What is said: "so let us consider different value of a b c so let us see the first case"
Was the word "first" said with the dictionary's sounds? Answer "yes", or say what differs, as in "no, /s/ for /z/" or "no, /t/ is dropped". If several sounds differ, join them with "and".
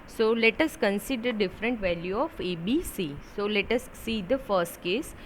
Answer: yes